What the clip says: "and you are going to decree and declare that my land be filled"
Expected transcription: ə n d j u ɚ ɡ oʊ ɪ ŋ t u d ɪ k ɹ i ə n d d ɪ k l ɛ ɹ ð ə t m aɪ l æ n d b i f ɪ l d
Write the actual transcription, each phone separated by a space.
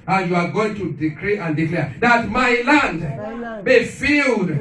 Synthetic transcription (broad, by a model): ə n j u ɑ ɡ oʊ ɪ ŋ t u d ɪ k ɹ i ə n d d ɪ k l ɛ ɹ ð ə t m aɪ l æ n d b i f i l d